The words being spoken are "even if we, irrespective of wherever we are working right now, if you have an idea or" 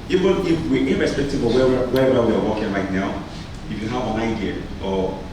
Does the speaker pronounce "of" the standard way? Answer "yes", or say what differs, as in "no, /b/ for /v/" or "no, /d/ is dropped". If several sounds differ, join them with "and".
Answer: no, /w/ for /v/